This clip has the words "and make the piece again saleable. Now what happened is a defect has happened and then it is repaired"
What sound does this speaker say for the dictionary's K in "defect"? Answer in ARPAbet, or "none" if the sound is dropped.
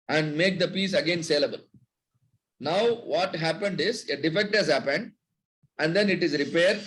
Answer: K